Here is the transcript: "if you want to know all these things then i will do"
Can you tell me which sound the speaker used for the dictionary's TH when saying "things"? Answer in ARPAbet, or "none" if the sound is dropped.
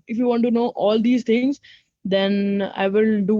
T